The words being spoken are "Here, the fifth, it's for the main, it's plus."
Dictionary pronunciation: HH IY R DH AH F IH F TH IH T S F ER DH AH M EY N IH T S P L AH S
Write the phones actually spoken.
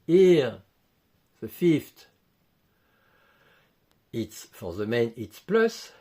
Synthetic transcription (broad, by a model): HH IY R DH AH F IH F T IH T S F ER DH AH M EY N IH T S P L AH S